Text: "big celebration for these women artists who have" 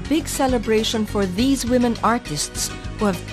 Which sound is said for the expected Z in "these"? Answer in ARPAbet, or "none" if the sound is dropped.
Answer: Z